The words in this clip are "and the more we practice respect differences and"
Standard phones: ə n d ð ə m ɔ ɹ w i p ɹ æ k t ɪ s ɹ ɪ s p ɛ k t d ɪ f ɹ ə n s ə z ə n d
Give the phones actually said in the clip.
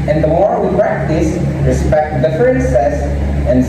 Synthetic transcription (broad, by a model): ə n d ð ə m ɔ ɹ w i p ɹ æ k t ɪ s ɹ ɪ s p ɛ k t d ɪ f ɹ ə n s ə s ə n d